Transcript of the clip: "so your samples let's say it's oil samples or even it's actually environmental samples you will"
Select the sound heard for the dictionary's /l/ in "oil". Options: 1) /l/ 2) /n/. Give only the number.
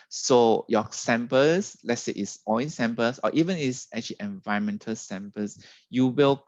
2